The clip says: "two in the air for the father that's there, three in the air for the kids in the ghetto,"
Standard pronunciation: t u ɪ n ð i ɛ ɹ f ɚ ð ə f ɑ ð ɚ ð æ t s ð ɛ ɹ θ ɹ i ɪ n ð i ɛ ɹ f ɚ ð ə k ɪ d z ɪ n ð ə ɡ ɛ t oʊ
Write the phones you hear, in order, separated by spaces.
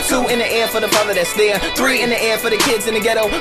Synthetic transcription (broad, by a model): t u ɪ n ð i ɛ ɹ f ɚ ð ə p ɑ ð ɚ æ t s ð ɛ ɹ θ ɹ i ɪ n ð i ɛ ɹ f ɚ ð ə k ɪ d z ɪ n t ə ɡ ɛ t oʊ